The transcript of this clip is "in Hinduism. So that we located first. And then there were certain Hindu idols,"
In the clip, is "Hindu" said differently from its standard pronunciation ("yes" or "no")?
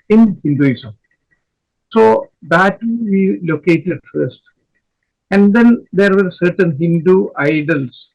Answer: no